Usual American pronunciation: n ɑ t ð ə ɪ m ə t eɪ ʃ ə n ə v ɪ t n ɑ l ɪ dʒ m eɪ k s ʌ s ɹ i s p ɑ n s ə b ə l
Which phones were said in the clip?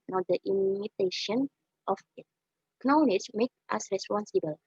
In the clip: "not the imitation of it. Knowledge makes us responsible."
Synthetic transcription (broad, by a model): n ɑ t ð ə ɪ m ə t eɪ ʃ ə n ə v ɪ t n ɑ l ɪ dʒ m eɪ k ʌ s ɹ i s p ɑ n s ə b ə l